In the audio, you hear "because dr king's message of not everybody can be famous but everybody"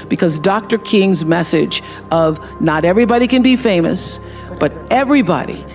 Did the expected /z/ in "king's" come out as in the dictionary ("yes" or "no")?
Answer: yes